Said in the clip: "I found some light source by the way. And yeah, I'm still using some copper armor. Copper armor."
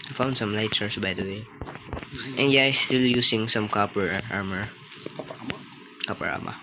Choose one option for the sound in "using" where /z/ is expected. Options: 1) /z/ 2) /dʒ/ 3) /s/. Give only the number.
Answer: 3